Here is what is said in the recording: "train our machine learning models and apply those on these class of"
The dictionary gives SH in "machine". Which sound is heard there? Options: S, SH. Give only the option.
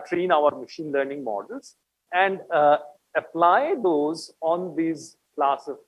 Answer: SH